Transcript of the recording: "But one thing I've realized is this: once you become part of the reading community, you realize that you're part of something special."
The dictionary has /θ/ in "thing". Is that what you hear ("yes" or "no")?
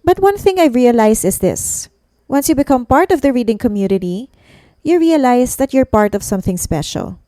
yes